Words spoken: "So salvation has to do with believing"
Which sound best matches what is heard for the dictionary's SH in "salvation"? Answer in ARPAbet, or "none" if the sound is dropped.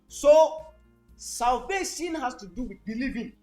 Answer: S